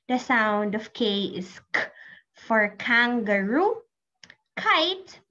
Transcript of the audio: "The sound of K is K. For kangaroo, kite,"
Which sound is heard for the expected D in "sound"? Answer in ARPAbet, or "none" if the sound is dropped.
D